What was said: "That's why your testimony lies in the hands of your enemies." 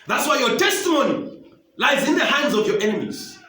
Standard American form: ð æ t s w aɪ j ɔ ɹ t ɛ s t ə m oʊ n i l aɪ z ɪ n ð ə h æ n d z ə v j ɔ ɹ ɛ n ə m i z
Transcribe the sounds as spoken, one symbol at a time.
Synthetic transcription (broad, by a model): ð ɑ t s w aɪ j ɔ t ɛ s t ə m oʊ n i l aɪ z ɪ n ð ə h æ n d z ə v j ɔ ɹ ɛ n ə m i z